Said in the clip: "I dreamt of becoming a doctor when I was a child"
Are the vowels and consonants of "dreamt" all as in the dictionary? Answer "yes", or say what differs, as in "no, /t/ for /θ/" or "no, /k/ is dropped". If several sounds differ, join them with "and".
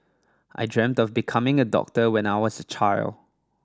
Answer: yes